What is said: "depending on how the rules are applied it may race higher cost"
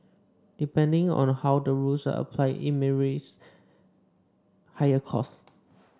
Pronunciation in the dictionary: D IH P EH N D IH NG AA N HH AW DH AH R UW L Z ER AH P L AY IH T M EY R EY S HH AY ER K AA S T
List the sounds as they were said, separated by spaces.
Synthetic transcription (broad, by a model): D IH P EH N D IH NG AA N HH AW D AH R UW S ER AH P L AY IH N M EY R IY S HH AY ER K AA S